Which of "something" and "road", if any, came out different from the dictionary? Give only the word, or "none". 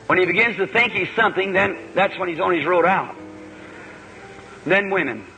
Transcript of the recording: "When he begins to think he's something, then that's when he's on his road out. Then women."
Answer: none